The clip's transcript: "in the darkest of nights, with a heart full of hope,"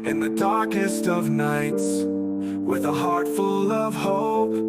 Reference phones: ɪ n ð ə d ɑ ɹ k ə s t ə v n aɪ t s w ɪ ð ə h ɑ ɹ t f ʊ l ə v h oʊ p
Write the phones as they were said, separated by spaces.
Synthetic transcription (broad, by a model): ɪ n ð ə d ɑ ɹ k ə s t ə v n aɪ t s w ɪ ð ə h ɑ ɹ t f ʊ l ə v h oʊ